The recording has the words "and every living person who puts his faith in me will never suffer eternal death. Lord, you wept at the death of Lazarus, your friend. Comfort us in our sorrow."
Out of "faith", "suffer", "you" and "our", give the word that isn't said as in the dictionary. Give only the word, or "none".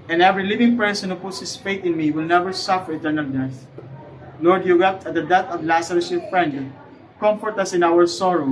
faith